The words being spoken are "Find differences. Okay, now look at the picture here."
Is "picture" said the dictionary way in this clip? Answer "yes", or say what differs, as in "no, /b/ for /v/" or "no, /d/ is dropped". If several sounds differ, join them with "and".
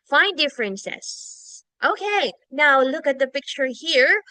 yes